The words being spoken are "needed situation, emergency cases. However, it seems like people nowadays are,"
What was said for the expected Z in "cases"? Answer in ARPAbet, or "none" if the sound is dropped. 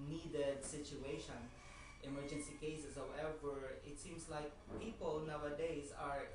S